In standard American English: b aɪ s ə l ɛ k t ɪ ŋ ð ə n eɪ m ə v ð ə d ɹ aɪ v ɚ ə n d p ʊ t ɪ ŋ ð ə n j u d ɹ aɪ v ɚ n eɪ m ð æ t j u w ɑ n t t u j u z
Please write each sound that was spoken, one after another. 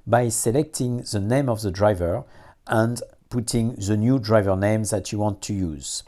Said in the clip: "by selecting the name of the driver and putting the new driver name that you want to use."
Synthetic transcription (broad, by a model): b aɪ s ə l ɛ k t ɪ ŋ ð ə n eɪ m ə v ð ə d ɹ aɪ v ɚ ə n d p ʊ t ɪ ŋ ð ə n j u d ɹ aɪ v ɚ n eɪ m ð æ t j u w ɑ n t t u j u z